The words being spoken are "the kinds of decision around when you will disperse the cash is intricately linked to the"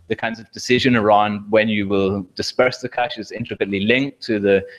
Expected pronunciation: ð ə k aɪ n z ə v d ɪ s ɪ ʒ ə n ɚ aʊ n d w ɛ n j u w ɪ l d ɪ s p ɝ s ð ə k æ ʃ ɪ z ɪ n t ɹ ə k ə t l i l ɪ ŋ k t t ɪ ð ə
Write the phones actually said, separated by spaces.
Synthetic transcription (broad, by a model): ð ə k aɪ n z ə v d ɪ s ɪ ʒ ə n ɚ aʊ n d w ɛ n j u w ɪ l d ɪ s p ɝ s ð ə k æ ʃ ɪ z ɪ n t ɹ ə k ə t l i l ɪ ŋ k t t ɪ ð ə